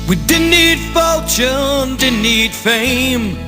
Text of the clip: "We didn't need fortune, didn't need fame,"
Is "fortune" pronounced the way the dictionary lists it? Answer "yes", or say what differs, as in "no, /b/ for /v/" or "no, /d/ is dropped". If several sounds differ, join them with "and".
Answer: no, /l/ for /ɹ/